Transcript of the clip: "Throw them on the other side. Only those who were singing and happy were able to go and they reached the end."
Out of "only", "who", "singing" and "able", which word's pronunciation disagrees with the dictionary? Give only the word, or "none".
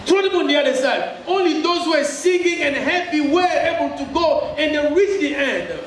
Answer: none